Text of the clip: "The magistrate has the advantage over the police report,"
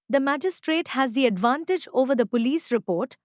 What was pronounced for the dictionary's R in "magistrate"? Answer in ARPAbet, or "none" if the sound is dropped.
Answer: R